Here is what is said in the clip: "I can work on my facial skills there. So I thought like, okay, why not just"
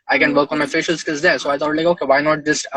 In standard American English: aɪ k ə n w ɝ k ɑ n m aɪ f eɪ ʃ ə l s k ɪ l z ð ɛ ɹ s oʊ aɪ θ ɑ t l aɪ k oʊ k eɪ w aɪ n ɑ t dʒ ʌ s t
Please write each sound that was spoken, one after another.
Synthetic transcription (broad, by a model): aɪ k ə n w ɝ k ɑ n m aɪ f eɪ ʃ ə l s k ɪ z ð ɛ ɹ s oʊ aɪ t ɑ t l aɪ k oʊ k eɪ w aɪ n ɑ t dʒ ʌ s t